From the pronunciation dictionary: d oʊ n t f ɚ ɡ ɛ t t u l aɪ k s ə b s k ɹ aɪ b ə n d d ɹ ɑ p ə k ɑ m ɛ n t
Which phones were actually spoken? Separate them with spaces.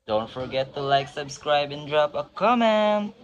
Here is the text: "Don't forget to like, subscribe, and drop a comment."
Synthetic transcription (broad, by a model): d oʊ n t f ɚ ɡ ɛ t t u l aɪ k s ə b s k ɹ aɪ b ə n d d ɹ ɑ p ə k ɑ m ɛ n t